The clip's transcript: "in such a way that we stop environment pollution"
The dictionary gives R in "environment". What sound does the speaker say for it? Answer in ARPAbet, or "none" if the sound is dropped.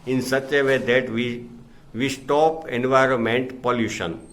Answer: R